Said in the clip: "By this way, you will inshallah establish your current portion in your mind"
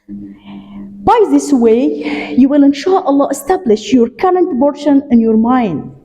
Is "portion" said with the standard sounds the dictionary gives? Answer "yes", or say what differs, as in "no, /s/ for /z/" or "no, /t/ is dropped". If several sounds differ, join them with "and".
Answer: no, /b/ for /p/